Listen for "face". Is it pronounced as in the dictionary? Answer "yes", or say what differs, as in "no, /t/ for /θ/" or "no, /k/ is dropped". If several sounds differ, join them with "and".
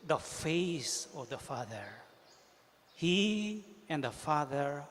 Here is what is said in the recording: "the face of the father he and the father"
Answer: yes